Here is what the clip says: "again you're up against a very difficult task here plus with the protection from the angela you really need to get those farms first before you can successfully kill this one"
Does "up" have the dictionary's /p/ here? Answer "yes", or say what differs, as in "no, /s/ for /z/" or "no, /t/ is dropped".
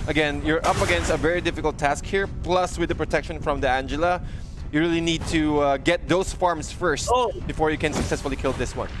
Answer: yes